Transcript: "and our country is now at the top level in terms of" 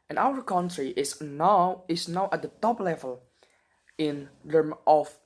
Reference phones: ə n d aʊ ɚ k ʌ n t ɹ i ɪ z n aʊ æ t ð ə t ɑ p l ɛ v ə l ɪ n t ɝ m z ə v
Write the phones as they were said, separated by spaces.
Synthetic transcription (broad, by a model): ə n aʊ ɚ k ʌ n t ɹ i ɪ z n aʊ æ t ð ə t ɑ p l ɛ v ə l ɪ n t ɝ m ə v